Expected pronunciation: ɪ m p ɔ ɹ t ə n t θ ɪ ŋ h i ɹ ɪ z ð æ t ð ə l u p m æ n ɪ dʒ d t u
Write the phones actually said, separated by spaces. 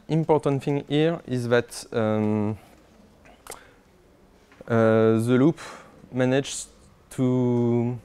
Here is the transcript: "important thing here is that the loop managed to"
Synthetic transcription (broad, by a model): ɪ m p ɔ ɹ t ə n t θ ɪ ŋ h i ɹ ɪ z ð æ t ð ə l u p m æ n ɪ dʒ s t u